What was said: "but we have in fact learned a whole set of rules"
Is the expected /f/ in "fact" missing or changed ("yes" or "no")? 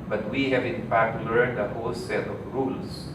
yes